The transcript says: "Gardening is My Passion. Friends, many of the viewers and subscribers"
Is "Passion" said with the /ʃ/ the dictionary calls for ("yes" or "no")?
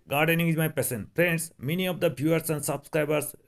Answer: no